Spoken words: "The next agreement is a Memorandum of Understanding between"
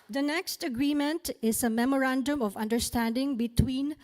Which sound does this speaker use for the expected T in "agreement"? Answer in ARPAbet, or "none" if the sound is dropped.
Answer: T